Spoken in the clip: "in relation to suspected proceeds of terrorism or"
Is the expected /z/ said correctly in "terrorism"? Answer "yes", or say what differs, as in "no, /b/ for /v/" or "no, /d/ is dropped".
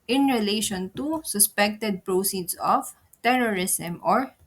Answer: no, /s/ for /z/